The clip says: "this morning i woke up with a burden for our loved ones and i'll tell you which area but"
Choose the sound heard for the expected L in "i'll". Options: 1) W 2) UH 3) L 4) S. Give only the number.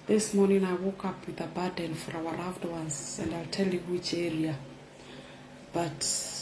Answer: 3